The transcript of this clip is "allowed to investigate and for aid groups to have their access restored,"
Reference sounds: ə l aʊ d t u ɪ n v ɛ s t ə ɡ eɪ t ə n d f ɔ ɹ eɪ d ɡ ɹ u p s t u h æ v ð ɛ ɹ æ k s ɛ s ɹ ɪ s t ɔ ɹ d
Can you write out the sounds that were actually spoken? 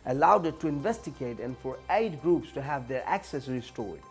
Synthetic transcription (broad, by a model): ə l aʊ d t u ɪ n v ɛ s t ə ɡ eɪ t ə n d f ɔ ɹ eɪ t ɡ ɹ u p s t u h æ v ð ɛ ɹ æ k s ɛ s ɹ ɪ s t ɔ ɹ